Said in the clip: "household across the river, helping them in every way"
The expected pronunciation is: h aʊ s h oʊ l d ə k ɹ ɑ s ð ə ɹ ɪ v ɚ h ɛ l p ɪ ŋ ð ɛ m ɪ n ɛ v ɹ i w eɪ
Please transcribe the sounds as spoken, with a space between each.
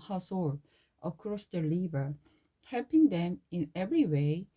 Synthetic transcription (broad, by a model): h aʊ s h oʊ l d ə k ɹ ɑ s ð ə l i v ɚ h ɛ l p ɪ ŋ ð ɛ m ɪ n ɛ v ɹ i w eɪ